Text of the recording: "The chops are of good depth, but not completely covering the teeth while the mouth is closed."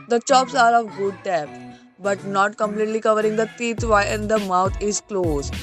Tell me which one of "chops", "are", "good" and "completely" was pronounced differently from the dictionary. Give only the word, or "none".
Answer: none